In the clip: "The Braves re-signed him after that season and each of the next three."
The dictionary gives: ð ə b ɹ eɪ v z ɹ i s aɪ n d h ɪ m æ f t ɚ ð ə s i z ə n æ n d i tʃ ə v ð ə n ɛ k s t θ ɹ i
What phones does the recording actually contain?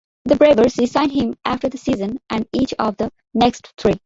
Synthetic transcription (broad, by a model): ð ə b ɹ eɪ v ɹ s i s aɪ n d h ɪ m æ f t ɚ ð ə s i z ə n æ n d i tʃ ə v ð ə n ɛ k s t t ɹ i